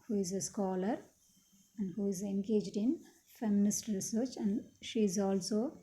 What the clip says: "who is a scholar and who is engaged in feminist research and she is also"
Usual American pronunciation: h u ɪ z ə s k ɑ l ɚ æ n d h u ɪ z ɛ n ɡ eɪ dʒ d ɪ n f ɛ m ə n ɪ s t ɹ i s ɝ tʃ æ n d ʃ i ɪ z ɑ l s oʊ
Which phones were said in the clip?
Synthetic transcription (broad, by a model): h u ɪ z ə s k ɑ l ɚ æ n d h u ɪ z ɛ n ɡ eɪ dʒ d ɪ n f ɛ m ə n ɪ s t ɹ i s ɝ tʃ æ n d ʃ i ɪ z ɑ l s oʊ